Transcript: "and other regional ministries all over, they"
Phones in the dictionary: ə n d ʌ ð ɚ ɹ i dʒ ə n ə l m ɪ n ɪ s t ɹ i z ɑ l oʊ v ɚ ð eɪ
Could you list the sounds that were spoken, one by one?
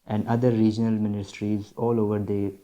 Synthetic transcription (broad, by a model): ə n d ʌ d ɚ ɹ i dʒ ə n ə l m ɪ n ɪ s t ɹ i z ɑ l oʊ v ɚ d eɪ